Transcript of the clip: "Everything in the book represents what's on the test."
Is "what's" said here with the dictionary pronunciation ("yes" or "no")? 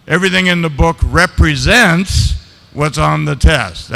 yes